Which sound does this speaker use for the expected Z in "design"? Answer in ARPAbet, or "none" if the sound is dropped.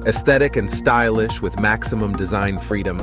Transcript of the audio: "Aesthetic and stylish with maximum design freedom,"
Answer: Z